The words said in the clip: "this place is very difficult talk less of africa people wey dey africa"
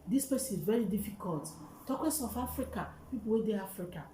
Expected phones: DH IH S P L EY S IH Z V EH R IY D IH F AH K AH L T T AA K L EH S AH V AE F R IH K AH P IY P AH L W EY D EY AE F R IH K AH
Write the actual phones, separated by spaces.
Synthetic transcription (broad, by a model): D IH S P EY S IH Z V EH R IY D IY F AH K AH L T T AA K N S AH F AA F R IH K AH P IY P AH L W EY D EY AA F R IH K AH